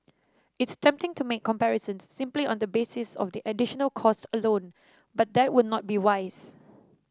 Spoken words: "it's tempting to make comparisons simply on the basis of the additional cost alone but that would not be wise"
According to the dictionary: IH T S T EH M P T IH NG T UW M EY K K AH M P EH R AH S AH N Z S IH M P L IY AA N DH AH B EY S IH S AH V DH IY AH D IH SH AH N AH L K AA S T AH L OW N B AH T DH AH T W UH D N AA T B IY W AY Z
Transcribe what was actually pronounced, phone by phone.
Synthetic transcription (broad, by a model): IH T S T EH M P T IH NG T UW M EY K K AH M P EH R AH S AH N S IH M P L IY AA N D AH B EY S IH S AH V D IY AH D IH SH AH N AH L K AA S T AH L OW N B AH T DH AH T W UH D N AA T B IY W AY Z